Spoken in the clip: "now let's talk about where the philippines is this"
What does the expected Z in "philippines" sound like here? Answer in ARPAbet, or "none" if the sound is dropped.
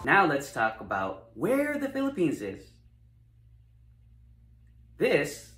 Z